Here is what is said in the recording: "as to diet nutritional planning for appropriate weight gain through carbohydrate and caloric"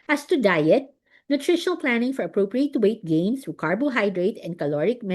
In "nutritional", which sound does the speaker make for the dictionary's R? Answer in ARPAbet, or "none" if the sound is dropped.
R